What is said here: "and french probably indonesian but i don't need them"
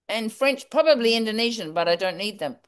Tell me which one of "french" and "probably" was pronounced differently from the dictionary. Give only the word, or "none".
none